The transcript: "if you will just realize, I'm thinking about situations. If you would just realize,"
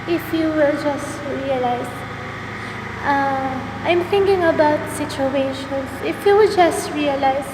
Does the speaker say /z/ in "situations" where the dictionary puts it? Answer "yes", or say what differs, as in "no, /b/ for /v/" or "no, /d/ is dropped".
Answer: no, /s/ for /z/